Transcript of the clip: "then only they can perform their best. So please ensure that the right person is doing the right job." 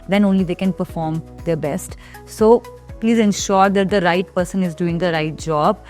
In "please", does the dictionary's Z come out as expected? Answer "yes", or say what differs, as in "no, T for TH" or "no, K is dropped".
yes